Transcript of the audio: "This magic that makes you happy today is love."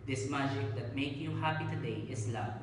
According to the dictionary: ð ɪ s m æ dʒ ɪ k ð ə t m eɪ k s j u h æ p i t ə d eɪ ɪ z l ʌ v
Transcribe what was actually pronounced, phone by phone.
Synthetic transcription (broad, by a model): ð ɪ s m æ dʒ ɪ k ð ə t m eɪ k j u h æ p i t ə d eɪ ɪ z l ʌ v